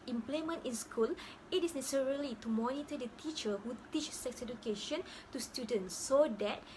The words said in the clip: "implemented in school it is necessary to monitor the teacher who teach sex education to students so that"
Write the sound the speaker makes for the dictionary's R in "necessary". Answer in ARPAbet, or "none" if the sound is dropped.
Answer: L